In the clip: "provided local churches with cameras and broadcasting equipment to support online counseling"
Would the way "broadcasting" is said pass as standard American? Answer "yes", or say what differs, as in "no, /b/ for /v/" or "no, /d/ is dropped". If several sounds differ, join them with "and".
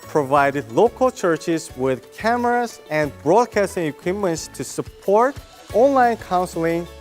yes